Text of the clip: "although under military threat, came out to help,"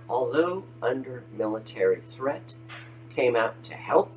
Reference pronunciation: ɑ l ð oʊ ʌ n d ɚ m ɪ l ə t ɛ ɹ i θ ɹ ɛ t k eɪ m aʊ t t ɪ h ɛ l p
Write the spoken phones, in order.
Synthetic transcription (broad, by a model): ɑ l ð oʊ ʌ n d ɚ m ɪ l ə t ɛ ɹ i θ ɹ ɛ t k eɪ m aʊ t t ɪ h ɛ l p